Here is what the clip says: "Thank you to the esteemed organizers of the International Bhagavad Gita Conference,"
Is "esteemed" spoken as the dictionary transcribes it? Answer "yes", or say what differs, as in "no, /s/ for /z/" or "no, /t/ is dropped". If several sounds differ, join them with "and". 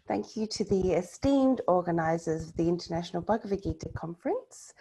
yes